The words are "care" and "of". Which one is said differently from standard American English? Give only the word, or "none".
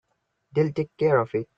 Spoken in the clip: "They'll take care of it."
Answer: of